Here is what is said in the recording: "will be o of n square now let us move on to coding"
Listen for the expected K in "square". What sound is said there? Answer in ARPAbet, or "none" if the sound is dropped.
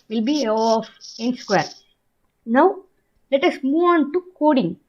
K